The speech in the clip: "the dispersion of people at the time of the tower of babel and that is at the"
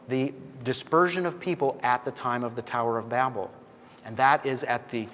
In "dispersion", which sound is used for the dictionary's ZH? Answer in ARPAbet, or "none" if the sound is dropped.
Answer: ZH